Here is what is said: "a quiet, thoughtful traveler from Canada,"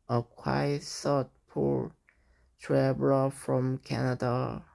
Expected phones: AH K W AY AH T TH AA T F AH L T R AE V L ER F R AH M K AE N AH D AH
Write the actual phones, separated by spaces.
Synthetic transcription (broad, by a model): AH K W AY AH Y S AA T P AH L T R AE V L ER F R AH M K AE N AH D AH